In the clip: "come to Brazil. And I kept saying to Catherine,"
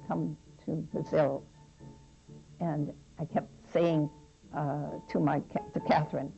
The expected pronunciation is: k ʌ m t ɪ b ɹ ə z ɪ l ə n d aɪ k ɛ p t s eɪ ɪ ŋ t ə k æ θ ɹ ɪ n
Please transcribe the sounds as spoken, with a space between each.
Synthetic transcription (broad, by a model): k ʌ m t ɪ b ə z ɪ l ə n aɪ k ɛ p t s eɪ ɪ ŋ t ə k æ θ ɹ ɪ n